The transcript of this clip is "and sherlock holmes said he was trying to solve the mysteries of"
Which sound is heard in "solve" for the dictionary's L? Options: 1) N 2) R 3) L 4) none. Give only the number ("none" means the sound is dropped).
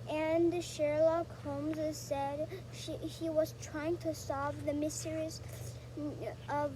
4